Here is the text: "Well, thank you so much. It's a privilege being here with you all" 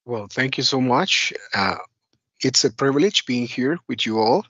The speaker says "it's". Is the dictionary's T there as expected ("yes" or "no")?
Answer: yes